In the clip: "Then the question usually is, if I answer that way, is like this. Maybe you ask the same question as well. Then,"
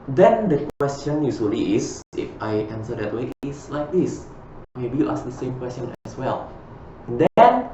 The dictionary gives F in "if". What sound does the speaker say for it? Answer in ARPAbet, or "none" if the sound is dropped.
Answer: F